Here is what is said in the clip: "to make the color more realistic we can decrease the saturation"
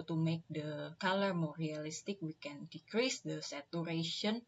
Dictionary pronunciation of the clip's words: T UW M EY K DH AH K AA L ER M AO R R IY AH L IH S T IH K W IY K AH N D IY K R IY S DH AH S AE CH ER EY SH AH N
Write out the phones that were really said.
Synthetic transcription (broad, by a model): T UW M EY K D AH K AA L ER M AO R R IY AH L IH S T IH K W IY K AH N D IY K R IY S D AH S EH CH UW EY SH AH N